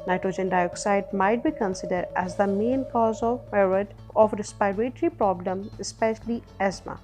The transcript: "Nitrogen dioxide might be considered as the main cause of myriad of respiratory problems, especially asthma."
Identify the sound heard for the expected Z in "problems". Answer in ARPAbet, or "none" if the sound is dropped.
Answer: none